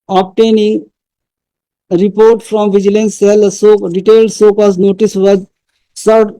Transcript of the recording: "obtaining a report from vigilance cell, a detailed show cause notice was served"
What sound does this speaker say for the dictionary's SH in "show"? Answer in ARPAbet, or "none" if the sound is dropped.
S